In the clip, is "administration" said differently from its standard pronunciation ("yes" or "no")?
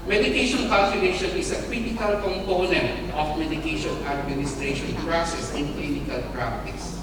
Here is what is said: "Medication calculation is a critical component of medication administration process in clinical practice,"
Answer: no